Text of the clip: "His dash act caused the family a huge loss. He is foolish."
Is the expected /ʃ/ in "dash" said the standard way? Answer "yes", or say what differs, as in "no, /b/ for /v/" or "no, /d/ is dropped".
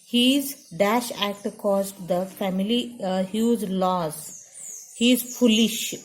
yes